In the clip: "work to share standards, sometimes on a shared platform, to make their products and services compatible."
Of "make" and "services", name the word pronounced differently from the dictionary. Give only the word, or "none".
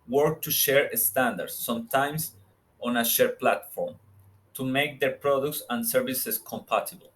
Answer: services